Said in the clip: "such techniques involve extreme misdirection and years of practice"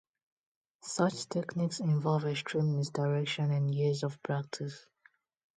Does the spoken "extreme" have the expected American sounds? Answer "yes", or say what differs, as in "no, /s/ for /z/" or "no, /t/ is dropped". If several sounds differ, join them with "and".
no, /k/ is dropped